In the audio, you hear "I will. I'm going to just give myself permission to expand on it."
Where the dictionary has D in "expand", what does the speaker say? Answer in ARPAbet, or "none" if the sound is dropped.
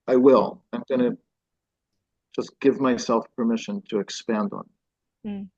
D